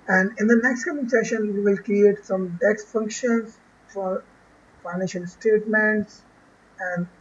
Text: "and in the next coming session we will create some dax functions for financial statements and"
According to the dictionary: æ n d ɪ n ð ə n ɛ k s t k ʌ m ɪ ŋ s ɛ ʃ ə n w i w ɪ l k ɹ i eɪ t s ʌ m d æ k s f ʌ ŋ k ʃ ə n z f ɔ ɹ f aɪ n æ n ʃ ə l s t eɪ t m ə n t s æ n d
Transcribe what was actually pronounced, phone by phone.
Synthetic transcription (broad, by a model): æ n d ɪ n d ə n ɛ k s t k ʌ m ɪ ŋ s ɛ ʃ ə n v i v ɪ l k ɹ i eɪ t s ʌ m d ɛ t f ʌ ŋ k ʃ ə n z f ɔ ɹ f aɪ n æ n ʃ ə l s t eɪ t m ə n t s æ n d